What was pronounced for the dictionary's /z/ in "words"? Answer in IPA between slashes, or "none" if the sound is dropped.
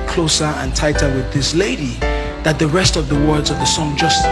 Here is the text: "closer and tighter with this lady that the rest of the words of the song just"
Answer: /z/